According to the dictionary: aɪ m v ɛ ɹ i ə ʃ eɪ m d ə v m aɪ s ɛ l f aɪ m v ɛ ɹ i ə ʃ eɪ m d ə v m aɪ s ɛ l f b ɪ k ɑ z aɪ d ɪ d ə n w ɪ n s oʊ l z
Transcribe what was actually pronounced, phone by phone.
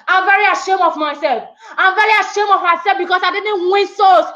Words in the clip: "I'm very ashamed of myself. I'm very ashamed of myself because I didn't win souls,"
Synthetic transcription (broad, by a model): aɪ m v ɛ ɹ i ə ʃ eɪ m ə v m aɪ s ɛ l f aɪ m v ɛ ɹ i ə ʃ eɪ m ə v m aɪ s ɛ l f b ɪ k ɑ s aɪ d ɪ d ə n w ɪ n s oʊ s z